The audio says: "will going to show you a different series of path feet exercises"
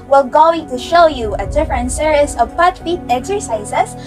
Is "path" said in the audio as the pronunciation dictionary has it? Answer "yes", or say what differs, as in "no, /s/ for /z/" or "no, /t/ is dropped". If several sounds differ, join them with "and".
no, /t/ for /θ/